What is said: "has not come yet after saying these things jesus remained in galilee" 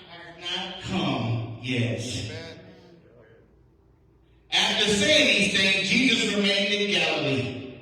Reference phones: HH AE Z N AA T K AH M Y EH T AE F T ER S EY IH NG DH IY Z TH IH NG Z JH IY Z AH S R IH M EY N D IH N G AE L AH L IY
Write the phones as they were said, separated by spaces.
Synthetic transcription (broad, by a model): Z N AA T K AH M Y EH T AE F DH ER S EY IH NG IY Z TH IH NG JH IY Z AH S R IH M EY N D IH N G AE L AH L IY